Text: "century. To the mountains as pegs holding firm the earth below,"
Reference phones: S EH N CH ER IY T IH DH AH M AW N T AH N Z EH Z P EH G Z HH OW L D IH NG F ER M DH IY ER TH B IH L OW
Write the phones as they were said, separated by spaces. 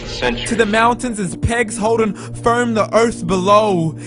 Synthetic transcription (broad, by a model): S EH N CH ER T IH DH AH M AW N T AH N Z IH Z P EH G Z HH OW L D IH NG F ER M DH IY ER TH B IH L OW